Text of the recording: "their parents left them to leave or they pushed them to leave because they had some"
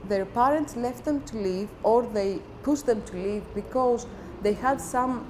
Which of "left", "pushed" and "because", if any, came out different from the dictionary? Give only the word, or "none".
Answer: pushed